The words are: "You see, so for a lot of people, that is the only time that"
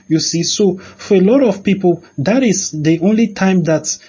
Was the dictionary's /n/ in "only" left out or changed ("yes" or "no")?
no